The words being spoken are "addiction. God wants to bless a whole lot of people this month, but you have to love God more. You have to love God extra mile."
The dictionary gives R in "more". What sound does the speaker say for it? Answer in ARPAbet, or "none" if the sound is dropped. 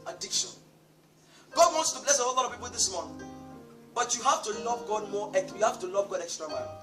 W